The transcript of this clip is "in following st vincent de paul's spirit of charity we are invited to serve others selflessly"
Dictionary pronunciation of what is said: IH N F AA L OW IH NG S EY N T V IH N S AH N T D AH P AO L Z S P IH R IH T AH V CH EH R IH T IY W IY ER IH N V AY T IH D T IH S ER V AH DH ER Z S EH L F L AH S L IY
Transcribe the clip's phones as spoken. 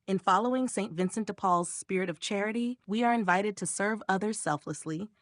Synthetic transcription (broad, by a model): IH N F AA L OW IH NG S EY N T V IH N S AH N T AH P AO L Z S P IH R IH T AH V CH EH R IH T IY W IY ER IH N V AY T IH D T IH S ER V AH DH ER Z S EH L F L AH S L IY